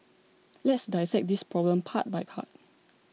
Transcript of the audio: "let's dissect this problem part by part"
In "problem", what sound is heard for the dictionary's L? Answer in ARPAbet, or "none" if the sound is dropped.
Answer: L